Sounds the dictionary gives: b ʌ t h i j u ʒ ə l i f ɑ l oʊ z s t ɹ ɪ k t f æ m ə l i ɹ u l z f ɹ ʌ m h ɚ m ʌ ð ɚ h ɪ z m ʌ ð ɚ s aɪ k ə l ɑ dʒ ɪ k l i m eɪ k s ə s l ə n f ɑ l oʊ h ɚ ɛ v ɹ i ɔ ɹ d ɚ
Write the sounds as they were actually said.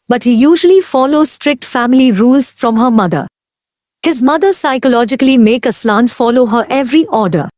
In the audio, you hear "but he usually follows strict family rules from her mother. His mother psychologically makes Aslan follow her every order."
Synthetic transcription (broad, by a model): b ʌ t h i j u ʒ ə l i f ɑ l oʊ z s t ɹ ɪ k t f æ m ə l i ɹ u l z f ɹ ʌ m h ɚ m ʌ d ɚ h ɪ z m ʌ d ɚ s aɪ k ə l ɑ dʒ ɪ k l i m eɪ k ə s l ə n f ɑ l oʊ h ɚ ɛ v ɹ i ɔ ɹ d ɚ